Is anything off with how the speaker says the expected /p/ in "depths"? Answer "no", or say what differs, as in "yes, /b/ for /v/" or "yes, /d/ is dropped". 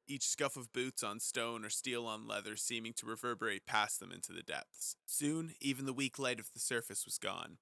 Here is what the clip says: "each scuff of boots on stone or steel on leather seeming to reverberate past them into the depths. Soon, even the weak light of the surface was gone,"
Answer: no